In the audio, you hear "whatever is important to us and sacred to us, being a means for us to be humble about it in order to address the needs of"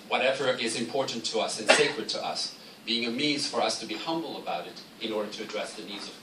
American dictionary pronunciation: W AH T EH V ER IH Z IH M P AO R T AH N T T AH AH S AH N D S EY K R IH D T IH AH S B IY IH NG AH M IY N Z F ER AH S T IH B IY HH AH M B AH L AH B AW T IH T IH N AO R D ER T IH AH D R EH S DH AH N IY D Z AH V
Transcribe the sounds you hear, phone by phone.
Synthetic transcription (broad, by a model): W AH T EH V ER IH Z IH M P AO R T N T T AH AH S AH N S EY K R IH D T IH AH S B IY IH NG AH M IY Z F ER AH S T IH B IY HH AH M B L AH B AW T IH T IH N AO R D ER T IH AH D R EH S DH AH N IY D Z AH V